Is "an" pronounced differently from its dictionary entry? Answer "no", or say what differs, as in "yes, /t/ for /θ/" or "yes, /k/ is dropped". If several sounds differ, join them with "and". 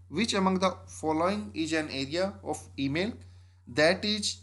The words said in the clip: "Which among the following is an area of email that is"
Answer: no